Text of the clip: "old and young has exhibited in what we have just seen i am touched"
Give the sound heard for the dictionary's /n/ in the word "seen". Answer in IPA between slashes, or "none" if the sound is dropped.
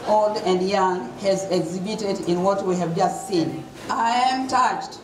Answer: /n/